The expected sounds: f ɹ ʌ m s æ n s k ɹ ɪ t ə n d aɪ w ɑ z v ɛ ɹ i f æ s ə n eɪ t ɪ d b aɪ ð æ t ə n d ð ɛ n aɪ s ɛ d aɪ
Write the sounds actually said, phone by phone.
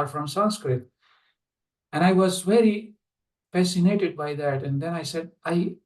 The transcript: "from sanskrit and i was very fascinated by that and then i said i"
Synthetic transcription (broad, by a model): f ɹ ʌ m s æ n s k ɹ ɪ t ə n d aɪ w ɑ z v ɛ ɹ i f æ s ə n eɪ t ɪ d b aɪ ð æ t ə n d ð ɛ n aɪ s ɛ d aɪ